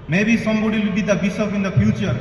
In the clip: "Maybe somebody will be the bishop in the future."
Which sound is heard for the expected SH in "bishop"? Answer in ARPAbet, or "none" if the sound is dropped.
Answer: S